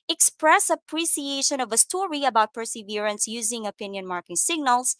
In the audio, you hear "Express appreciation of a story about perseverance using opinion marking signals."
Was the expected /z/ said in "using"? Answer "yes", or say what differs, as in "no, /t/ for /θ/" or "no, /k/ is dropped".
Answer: yes